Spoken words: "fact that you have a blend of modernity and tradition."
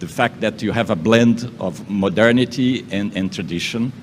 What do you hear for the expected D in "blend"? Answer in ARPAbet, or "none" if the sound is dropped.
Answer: D